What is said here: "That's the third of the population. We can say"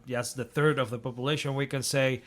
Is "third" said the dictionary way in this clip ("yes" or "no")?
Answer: yes